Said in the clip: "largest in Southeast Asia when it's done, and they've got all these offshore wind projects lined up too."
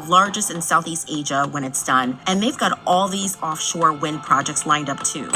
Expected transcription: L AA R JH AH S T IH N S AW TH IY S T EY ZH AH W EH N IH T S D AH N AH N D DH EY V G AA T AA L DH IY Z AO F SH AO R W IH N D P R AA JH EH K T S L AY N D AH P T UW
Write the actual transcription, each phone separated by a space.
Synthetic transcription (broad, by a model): L AA R JH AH S T IH N S AW TH IY S T EY ZH AH W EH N IH T S D AH N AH N DH EY V G AA T AA L DH IY Z AO F SH AO R W IH N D P R AA JH EH K T S L AY N D AH P T UW